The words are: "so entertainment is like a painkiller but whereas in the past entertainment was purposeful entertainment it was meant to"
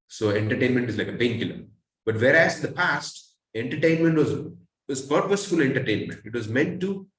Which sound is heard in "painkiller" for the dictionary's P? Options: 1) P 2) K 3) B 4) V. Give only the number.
3